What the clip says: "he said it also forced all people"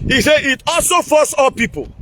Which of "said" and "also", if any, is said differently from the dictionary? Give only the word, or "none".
said